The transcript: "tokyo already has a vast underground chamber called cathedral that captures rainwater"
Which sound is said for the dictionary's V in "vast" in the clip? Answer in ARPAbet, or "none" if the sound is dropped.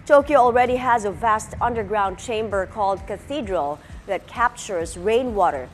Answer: V